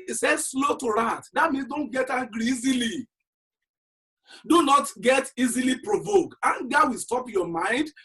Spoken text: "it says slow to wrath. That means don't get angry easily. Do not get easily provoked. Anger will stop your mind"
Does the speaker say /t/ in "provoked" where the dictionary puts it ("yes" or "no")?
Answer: no